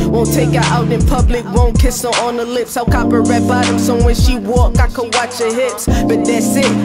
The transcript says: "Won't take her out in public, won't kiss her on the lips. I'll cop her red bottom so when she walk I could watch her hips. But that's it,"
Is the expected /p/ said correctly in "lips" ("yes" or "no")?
yes